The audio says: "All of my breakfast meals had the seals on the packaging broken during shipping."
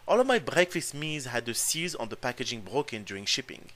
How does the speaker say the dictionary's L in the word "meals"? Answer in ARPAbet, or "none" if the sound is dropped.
none